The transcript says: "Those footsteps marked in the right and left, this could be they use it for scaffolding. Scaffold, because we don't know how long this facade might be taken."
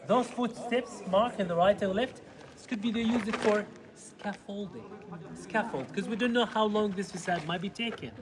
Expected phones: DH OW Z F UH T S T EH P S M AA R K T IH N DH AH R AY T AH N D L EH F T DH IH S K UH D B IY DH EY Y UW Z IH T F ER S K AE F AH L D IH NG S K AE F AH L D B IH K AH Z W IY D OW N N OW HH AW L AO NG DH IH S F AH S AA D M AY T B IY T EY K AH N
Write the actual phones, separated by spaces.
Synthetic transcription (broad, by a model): DH OW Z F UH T S T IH P S M AA R K IH N DH AH R AY T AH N L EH F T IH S K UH D B IY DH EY Y UW Z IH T F ER S K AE F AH L D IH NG S K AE F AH L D K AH Z W IY D OW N N OW HH AW L AO NG DH IH S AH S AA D M AY T B IY T EY K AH N